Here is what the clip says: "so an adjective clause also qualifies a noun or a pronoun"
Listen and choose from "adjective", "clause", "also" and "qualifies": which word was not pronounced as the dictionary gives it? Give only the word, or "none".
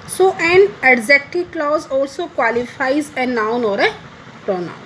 adjective